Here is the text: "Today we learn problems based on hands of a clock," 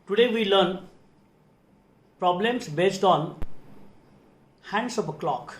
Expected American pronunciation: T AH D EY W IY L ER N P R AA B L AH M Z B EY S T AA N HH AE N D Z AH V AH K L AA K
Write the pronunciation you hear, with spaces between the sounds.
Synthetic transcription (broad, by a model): T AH D EY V IY L ER N P R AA B L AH M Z B EY S T AA N HH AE N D S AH P AH K L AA K